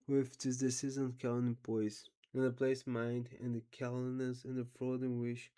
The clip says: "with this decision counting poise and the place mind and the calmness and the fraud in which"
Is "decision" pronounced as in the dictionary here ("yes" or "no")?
no